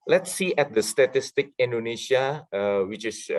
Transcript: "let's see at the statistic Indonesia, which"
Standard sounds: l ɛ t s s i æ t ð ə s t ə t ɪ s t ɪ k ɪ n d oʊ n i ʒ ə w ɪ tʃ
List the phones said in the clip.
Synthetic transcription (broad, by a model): l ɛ t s s i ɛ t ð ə s t ə t ɪ s t ɪ k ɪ n d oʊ n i ʃ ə w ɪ tʃ